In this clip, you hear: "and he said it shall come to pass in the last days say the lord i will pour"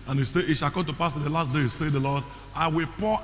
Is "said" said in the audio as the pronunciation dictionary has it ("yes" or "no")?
no